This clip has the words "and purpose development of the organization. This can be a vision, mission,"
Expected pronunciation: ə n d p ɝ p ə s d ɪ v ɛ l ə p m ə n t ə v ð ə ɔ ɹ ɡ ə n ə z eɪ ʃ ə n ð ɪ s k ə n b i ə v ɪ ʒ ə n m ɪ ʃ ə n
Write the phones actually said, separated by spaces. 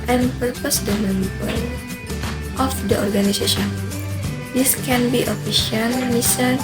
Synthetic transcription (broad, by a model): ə n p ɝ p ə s d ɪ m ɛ n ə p ə l t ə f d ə ɔ ɹ ɡ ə n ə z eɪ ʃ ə n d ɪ s k ə n b i ə f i ʃ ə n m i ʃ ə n